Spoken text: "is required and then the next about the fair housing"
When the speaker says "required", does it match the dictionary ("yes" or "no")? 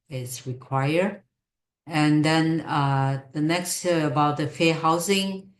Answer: no